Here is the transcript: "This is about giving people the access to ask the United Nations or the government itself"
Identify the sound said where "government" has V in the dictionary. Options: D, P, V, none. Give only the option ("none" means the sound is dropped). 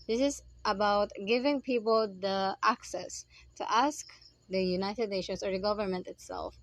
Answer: V